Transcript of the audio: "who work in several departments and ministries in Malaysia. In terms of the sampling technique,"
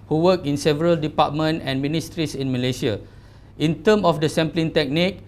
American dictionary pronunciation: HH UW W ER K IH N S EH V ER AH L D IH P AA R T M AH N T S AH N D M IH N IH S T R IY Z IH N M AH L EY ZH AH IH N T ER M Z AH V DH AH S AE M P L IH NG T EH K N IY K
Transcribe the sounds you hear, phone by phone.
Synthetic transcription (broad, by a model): HH UW W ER K IH N S EH V ER AH L D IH P AA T M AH N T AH N M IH N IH S T R IY S IH N M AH L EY SH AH IH N T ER M AH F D AH S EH M P L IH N T EH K N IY K